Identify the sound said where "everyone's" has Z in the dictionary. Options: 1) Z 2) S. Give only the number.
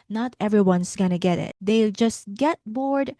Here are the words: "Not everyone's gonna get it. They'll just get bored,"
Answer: 2